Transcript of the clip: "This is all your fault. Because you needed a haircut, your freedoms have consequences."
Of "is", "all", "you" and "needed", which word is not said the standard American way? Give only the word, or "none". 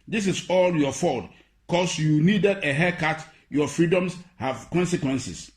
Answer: is